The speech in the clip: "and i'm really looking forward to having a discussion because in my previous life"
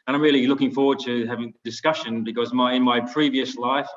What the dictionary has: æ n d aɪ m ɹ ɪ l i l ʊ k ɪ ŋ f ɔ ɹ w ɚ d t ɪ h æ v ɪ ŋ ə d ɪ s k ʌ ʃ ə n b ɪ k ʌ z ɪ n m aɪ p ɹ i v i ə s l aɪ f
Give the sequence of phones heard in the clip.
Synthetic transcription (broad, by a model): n aɪ m ɹ ɪ l i l ʊ k ɪ ŋ f ɔ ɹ w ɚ d t ɪ h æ v ɪ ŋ d ɪ s k ʌ ʃ ə n b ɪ k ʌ z ɪ n m aɪ p ɹ i v i ə s l aɪ f